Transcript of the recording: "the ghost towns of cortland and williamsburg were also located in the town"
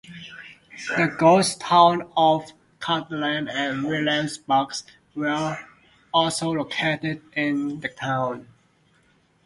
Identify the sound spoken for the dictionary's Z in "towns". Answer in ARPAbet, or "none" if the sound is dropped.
none